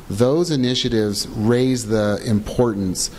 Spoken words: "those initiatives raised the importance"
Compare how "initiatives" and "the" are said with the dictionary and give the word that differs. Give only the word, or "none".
none